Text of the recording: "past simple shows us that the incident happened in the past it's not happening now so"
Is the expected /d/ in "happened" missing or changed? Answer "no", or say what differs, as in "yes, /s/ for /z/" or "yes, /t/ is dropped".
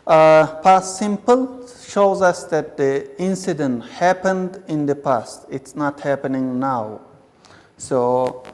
no